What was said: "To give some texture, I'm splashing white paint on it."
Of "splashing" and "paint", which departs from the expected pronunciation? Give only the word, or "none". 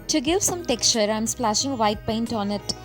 none